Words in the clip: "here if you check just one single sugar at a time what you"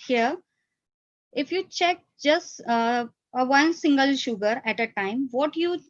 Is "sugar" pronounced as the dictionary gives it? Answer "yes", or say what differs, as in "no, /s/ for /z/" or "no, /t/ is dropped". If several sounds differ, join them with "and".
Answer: yes